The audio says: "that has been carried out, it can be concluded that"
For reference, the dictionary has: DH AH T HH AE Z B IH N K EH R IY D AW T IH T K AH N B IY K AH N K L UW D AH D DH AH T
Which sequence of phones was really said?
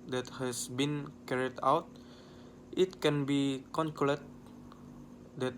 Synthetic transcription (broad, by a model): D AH T HH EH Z B IH N K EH R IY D AW T IH T K AH N B IY K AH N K UW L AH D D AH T